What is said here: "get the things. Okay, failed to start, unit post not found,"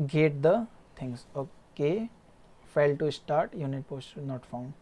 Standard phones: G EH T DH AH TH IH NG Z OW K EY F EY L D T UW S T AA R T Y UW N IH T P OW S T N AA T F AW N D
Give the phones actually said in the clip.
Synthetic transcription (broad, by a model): G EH T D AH T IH NG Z OW K EY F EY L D T UW S T AA R T Y UW N IH T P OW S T N AA T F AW N D